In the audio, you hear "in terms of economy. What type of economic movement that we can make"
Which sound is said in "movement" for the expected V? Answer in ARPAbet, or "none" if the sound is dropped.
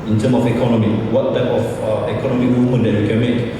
none